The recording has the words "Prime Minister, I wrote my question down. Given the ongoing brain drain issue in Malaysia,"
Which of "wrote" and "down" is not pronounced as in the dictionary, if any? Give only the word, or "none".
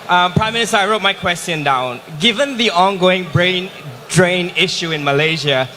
none